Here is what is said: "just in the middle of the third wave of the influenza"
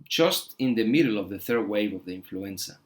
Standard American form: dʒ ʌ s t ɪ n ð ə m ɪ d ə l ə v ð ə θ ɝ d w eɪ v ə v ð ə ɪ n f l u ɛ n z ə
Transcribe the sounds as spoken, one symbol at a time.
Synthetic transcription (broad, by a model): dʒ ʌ s t ɪ n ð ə m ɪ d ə l ə v ð ə θ ɝ d w eɪ v ə v ð ə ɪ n f l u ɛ n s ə